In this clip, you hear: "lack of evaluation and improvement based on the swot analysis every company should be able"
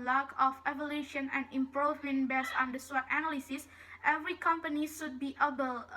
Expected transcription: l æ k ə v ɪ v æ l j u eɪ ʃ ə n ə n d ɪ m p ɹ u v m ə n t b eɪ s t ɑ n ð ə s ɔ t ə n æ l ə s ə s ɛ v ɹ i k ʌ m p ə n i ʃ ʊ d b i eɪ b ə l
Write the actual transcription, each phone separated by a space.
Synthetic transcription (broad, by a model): l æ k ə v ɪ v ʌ l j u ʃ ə n ə n d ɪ m p ɹ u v m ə n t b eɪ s ɑ n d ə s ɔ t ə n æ l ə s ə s ɛ v ɹ i k ʌ m p ə n i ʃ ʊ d b i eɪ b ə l